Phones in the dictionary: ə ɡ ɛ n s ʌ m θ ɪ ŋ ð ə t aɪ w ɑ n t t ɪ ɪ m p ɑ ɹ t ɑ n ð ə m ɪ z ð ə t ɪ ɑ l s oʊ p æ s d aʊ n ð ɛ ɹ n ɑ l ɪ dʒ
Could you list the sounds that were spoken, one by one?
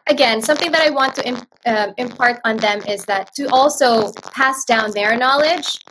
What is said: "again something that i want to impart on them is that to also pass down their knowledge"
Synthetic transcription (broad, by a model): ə ɡ ɛ n s ʌ m θ ɪ ŋ ð ə t aɪ w ɑ n t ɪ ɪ ɪ m p ɑ ɹ t n ð ə m ɪ z ð ə t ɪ ɑ l s oʊ p æ s d aʊ n ð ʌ ɹ n ɑ l ɪ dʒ